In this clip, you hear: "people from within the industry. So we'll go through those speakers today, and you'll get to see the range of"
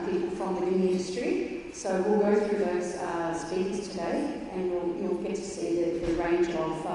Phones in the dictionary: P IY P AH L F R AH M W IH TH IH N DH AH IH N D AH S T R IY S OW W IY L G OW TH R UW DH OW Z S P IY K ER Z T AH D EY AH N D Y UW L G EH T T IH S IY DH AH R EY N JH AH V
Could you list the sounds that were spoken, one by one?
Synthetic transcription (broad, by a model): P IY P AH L F R AH M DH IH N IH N IH N D AH S T R IY S OW W IY L G OW TH R UW DH OW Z S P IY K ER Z T AH D EY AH N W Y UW L G EH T T IH S IY DH AH R EY N JH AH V